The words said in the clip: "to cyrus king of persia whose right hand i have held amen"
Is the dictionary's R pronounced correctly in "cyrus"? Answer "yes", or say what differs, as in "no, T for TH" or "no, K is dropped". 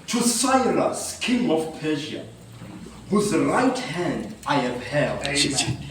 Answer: no, L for R